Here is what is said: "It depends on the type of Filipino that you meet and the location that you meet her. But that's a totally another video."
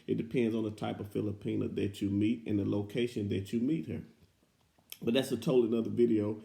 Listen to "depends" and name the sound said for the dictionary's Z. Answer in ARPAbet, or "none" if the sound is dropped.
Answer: Z